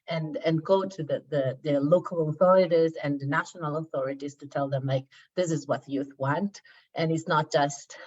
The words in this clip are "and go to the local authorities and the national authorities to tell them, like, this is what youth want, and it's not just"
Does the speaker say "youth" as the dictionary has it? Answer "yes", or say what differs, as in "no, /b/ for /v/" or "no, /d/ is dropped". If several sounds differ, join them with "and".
yes